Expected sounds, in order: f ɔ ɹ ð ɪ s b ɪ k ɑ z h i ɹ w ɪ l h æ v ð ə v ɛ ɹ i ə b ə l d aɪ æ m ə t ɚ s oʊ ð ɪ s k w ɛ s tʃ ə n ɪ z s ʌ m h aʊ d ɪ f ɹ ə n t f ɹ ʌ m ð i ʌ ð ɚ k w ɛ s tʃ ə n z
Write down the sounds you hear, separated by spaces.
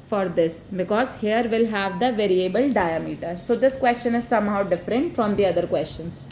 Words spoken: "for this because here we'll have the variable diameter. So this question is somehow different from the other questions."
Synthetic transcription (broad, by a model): f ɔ ɹ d ɪ s b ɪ k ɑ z h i ɹ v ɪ l h æ v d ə v ɛ ɹ i ə b ə l d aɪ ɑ m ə t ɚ s oʊ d ɪ s k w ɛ s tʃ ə n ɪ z s ʌ m h aʊ d ɪ f ɹ ə n t f ɹ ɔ m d i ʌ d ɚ k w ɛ s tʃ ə n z